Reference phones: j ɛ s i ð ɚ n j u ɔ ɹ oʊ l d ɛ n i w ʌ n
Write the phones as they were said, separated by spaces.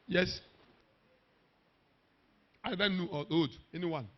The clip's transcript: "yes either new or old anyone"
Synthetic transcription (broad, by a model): j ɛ s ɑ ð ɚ n j u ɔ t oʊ d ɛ n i w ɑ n